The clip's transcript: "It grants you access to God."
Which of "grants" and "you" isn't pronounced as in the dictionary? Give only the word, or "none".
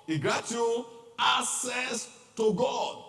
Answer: grants